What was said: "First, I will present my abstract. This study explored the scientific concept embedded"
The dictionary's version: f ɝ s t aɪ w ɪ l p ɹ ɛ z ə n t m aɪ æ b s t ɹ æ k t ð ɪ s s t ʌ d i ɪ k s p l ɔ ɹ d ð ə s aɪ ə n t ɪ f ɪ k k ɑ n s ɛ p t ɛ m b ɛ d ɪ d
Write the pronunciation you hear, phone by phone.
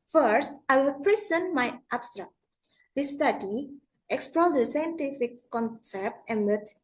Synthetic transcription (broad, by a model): f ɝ s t aɪ w ɪ l p ɹ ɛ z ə n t m aɪ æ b s t ɹ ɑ k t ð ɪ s s t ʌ d i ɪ k s p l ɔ l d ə s aɪ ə n t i f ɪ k k ɑ n s ɛ p t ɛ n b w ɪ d